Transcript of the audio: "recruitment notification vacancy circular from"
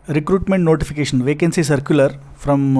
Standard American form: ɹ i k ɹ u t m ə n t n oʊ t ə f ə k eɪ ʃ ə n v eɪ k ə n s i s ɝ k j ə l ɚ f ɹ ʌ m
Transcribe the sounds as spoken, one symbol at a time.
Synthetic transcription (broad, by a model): ɹ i k ɹ u t m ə n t n oʊ t ə f ə k eɪ ʃ ə n v eɪ k ə n s i s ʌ k j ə l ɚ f ɹ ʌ m